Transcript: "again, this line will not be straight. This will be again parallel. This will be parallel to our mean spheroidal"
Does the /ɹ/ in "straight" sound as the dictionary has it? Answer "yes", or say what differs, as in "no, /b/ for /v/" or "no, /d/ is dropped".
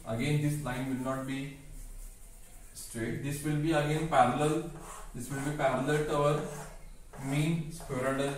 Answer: yes